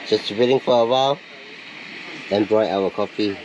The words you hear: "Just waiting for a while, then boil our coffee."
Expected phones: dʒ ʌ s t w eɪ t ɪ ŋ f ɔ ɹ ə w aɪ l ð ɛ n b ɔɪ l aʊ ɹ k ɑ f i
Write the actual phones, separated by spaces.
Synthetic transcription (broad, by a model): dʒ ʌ s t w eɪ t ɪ ŋ f ɔ ɹ ə w aɪ l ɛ n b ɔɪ aʊ w k ɑ f i